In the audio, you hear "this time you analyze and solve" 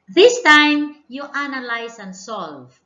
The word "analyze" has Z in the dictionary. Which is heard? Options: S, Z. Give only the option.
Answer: S